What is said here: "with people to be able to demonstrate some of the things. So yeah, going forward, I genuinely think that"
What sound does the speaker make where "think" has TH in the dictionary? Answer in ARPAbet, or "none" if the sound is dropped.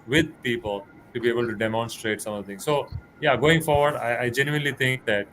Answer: T